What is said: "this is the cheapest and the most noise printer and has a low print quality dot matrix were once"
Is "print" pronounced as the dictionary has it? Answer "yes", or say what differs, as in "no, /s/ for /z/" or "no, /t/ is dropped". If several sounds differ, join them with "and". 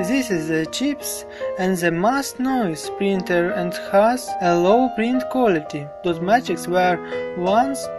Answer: yes